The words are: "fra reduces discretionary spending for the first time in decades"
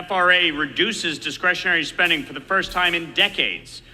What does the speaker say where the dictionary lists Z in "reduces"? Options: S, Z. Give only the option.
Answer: Z